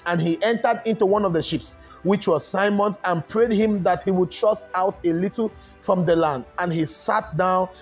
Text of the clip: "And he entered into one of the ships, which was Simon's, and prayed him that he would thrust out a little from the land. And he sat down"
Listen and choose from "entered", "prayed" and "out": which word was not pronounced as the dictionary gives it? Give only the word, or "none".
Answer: none